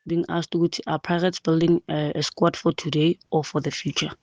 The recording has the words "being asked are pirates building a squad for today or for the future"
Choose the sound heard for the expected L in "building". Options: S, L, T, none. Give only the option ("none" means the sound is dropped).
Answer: L